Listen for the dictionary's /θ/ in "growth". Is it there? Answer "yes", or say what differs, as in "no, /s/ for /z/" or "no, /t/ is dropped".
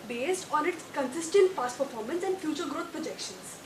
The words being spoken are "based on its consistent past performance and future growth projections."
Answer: no, /t/ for /θ/